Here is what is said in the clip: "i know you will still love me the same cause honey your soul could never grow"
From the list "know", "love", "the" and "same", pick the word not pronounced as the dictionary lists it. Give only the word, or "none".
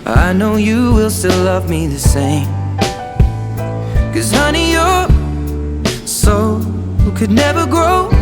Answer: none